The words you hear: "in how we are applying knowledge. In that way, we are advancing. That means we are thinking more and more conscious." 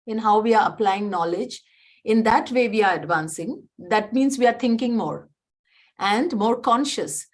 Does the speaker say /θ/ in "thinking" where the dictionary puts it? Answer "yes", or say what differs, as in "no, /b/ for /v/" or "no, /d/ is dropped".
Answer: no, /t/ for /θ/